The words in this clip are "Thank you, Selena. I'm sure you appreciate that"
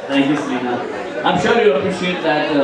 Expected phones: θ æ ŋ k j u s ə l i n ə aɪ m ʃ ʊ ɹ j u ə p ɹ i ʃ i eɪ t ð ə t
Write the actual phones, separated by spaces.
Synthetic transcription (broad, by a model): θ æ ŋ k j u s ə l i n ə aɪ m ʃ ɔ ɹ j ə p i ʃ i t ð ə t